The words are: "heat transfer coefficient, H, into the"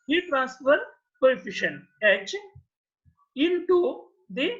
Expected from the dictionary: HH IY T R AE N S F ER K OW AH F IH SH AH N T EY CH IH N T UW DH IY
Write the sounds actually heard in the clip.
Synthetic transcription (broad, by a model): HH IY T R AE N S F ER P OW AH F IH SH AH N EY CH IH N T UW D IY